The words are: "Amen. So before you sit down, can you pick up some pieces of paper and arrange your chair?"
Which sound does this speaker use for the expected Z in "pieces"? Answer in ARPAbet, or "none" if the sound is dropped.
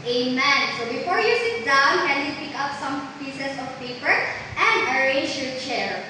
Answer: S